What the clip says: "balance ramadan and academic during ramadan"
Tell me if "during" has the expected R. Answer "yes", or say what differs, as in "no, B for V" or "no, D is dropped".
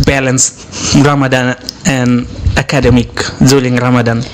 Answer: no, L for R